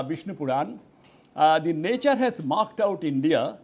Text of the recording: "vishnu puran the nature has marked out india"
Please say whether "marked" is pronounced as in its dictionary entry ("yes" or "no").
yes